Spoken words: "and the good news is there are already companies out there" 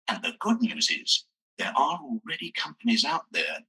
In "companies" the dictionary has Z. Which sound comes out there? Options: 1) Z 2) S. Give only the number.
1